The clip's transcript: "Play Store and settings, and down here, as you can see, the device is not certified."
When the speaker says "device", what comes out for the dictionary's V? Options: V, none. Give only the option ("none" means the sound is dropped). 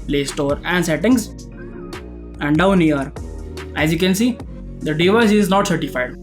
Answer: V